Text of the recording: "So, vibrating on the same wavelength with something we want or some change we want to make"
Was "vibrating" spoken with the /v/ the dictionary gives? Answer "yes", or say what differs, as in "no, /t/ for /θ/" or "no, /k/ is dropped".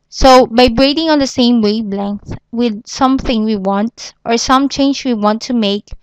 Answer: no, /b/ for /v/